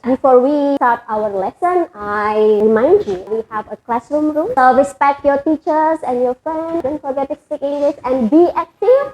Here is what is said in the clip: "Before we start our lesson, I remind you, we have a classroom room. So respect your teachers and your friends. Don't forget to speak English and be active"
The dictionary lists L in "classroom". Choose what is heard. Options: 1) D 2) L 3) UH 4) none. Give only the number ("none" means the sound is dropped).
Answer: 2